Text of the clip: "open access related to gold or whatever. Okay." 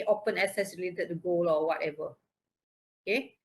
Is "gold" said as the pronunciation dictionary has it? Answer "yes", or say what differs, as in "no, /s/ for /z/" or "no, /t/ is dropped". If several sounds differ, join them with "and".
no, /d/ is dropped